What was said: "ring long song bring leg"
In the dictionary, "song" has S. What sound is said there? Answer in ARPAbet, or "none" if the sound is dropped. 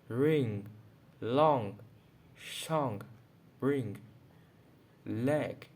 SH